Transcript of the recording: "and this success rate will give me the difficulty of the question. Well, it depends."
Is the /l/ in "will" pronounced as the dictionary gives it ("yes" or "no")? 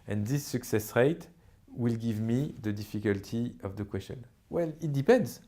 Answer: yes